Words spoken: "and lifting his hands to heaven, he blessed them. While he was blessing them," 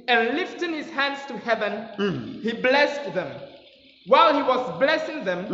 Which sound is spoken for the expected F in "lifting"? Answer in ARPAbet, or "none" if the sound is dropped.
F